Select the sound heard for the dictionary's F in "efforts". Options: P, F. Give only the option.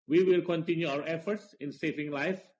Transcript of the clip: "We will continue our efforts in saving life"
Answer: F